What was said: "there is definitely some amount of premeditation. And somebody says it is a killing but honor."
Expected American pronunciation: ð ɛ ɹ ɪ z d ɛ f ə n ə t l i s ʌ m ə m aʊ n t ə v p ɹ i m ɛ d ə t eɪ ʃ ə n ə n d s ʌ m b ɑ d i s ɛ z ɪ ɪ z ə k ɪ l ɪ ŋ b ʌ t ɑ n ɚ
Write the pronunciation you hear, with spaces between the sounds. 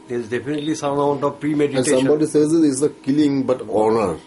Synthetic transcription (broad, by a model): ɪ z d ɛ f ə n ə t l i s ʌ ə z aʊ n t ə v p ɹ i m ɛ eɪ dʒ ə ə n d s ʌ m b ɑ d i s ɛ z ɪ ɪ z ə k ɪ l ɪ ŋ b ʌ t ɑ n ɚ